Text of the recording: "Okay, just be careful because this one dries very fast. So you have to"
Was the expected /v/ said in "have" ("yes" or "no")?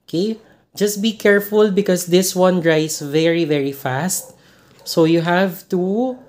yes